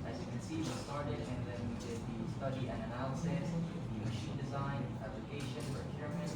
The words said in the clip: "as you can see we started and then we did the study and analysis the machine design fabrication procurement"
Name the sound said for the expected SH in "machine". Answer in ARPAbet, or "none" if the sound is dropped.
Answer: SH